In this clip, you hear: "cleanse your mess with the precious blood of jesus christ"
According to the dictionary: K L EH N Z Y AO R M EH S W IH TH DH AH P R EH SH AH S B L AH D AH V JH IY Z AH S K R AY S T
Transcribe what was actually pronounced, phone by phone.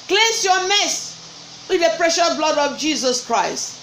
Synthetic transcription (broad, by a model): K L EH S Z Y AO M EH S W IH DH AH P R EH SH AH S B L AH D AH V JH IY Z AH S K R AY S T